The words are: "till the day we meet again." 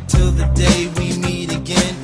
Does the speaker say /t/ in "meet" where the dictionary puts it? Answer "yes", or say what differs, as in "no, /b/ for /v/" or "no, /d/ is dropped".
yes